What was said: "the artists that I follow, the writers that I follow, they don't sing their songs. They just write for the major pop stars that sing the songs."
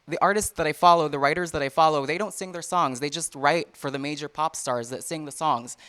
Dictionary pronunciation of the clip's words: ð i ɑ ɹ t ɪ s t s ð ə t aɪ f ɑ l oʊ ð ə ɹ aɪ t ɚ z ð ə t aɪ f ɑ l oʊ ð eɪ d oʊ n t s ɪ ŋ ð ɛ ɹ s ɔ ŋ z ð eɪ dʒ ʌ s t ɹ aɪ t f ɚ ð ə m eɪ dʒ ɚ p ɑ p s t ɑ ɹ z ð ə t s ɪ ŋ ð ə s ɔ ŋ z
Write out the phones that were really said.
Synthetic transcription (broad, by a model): ð i ɑ ɹ t ɪ s t s ð ə t aɪ f ɑ l oʊ ð ə ɹ aɪ t ɚ z ð ə t aɪ f ɑ l oʊ ð eɪ d oʊ n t s ɪ ŋ ð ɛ ɹ s ɔ ŋ z ð eɪ dʒ ʌ s t ɹ aɪ t f ɚ ð ə m eɪ dʒ ɚ p ɑ p s t ɑ ɹ z ð ə t s ɪ ŋ ð ə s ɔ ŋ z